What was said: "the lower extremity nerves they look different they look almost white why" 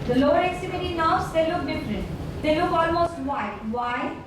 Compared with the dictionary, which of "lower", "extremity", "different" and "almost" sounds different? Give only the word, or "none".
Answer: extremity